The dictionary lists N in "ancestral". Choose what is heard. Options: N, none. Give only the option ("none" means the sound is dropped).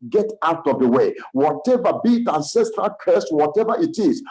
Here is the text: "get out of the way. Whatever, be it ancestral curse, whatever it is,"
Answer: N